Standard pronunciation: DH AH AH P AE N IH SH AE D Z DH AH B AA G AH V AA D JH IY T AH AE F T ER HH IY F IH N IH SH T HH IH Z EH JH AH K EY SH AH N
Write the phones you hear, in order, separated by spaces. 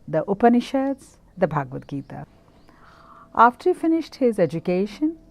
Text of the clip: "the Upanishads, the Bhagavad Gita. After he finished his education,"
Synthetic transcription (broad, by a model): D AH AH P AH N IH SH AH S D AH B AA G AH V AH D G IY T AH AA F T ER HH IY F IH N IH SH T HH IH Z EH JH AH K EY SH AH N